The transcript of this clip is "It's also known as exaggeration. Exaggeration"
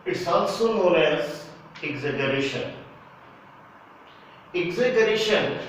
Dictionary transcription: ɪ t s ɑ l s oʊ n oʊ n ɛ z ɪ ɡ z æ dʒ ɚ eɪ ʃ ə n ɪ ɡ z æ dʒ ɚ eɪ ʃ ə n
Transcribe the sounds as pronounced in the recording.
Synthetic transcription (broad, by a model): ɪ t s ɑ n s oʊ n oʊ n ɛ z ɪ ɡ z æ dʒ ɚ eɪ ʃ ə n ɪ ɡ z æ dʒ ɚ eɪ ʃ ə n